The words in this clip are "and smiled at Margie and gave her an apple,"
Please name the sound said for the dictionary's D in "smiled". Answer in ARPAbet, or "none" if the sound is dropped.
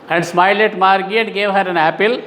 none